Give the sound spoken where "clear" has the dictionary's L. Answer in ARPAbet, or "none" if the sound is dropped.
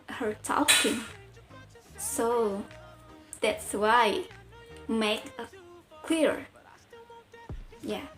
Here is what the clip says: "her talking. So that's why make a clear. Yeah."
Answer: W